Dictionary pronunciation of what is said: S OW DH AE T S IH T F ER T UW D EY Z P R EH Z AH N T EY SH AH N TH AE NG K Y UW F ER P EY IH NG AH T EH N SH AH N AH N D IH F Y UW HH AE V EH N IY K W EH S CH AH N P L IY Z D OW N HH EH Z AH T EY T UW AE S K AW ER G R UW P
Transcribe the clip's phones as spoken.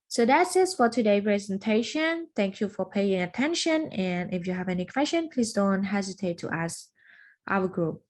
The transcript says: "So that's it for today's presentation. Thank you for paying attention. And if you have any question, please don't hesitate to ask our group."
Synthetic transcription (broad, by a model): S OW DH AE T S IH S F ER T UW D EY P R EH Z AH N T EY SH AH N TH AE NG K Y UW F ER P EY IH NG AH T EH N SH AH N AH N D IH F Y UW HH AE V EH N IY K W EH S CH AH N P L IY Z D OW N HH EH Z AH T EY T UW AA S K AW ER G R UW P